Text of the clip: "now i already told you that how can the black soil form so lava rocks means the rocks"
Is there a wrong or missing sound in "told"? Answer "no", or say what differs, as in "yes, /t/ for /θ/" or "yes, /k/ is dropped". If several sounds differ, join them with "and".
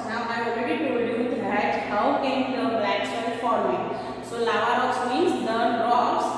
yes, /l/ is dropped